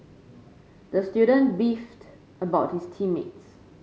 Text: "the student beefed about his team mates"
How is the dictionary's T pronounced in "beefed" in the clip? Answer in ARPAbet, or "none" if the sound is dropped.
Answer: T